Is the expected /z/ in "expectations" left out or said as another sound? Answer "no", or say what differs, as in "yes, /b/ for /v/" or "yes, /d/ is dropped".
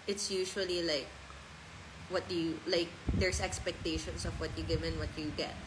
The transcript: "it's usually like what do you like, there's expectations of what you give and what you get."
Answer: yes, /s/ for /z/